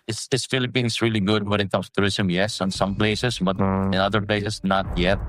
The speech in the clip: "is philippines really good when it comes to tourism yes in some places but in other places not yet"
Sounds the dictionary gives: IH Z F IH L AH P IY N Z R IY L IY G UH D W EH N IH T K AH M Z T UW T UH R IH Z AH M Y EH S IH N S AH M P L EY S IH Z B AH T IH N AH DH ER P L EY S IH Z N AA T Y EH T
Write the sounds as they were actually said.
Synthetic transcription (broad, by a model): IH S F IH L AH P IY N S R IY L IY G UH D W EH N IH T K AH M S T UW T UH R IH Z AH M Y EH S IH N S AH M P L EY S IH S B AH T IH N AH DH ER P L EY S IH S N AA T Y EH T